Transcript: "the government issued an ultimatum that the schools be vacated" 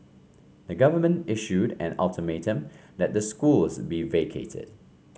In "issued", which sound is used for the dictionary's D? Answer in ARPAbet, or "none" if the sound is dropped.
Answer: D